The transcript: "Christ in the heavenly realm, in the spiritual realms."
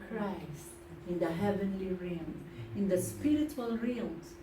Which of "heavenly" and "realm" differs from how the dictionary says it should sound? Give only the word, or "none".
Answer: realm